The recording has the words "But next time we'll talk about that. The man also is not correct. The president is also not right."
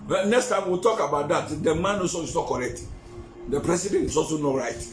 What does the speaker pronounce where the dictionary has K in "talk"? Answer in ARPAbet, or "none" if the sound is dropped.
K